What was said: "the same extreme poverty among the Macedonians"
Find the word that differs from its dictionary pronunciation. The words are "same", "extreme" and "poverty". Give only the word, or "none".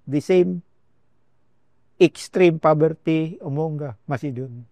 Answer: poverty